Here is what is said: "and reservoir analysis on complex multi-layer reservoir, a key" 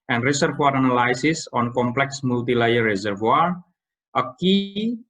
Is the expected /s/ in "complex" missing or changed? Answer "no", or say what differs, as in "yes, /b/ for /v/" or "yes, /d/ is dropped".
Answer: no